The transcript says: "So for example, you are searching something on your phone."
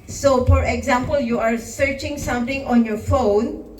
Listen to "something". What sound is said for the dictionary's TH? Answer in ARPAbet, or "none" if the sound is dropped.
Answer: T